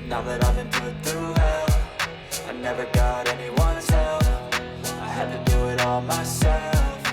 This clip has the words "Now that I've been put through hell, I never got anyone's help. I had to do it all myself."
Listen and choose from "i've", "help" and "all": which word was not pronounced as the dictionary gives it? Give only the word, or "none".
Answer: help